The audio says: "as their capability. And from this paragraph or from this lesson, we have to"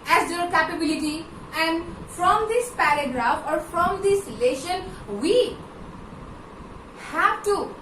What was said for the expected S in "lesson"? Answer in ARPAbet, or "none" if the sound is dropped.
SH